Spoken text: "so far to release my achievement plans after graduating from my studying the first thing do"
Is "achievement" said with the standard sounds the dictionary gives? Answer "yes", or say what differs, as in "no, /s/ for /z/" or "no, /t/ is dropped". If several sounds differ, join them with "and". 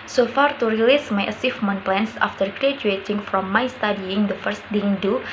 no, /s/ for /tʃ/